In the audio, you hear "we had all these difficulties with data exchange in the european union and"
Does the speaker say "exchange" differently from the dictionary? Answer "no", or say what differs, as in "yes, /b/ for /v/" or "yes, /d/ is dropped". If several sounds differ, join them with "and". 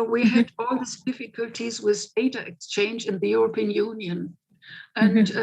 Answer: no